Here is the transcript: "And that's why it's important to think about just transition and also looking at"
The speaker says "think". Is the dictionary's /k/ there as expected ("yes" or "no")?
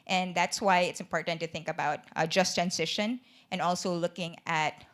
yes